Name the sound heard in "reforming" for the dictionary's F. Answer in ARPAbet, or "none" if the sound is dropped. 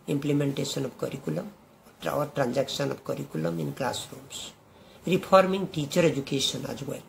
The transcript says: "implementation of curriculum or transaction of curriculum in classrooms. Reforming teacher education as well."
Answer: P